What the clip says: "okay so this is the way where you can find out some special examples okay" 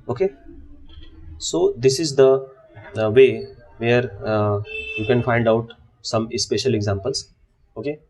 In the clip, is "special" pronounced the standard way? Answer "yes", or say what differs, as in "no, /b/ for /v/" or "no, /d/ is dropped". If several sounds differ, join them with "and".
yes